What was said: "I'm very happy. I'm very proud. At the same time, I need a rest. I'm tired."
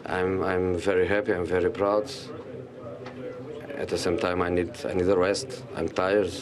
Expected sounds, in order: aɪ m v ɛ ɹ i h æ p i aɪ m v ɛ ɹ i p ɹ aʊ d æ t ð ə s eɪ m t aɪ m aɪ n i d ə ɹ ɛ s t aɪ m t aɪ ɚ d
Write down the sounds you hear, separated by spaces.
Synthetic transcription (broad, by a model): aɪ m v ɛ ɹ i h æ p i aɪ m v ɛ ɹ i p ɹ aʊ d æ t ð ə s eɪ m t aɪ m aɪ n i d ə w ɛ s t aɪ m t aɪ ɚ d